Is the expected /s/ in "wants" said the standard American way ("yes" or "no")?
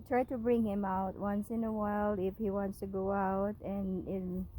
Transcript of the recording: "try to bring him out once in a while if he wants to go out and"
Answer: yes